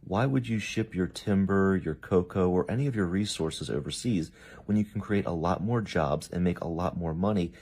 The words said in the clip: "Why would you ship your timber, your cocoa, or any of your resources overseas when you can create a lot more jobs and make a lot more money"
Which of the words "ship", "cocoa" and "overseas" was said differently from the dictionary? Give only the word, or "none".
none